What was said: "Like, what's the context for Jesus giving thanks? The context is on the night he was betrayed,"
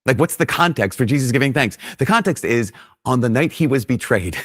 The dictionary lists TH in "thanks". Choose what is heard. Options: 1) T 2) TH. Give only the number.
2